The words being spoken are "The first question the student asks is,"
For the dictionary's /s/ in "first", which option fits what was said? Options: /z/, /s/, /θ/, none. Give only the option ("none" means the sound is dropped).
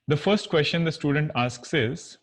/s/